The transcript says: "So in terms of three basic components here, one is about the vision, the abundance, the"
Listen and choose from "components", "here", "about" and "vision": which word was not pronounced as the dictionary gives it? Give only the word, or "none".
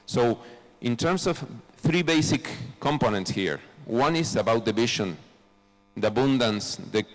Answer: vision